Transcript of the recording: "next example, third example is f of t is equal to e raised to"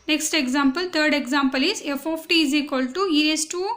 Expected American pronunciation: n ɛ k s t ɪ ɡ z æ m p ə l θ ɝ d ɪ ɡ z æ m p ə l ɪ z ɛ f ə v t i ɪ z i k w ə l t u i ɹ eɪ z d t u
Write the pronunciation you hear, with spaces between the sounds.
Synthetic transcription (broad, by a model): n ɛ k s t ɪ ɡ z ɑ m p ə l t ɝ d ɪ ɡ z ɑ m p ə l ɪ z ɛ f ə p t i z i k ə l t u i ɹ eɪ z t u